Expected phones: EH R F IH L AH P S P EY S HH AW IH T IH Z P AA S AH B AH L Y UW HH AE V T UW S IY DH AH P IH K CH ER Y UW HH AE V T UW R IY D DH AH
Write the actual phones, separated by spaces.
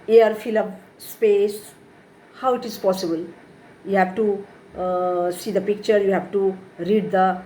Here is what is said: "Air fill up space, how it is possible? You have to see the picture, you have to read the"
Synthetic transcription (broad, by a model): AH R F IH L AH B S P EY S HH AW IH T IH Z P AA S AH B AH L Y UW HH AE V T UW S IY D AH P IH K CH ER Y UW HH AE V T UW R IY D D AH